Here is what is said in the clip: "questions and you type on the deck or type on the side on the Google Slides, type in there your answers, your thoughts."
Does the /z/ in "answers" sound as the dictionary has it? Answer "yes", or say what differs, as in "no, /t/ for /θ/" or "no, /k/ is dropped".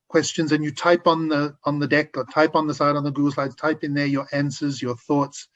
yes